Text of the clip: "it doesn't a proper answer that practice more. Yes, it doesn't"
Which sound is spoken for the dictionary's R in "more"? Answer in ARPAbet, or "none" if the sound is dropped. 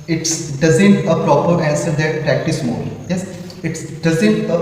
L